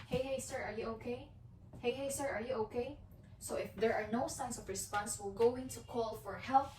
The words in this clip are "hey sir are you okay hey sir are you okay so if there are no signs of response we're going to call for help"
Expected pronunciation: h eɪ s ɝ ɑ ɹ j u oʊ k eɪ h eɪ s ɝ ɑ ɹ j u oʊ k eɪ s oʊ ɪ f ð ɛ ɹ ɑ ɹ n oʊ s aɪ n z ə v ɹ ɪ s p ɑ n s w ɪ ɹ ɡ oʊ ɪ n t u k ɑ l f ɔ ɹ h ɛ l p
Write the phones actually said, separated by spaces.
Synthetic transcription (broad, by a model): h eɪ s ɝ ɑ ɹ j u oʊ k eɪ h eɪ s ɝ ɑ ɹ j u oʊ k eɪ s oʊ ɪ f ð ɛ ɹ ɑ ɹ n oʊ s aɪ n s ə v ɹ ɪ s p ɑ n s w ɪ l ɡ oʊ ɪ n t u k ɑ l f ɔ ɹ h ɛ l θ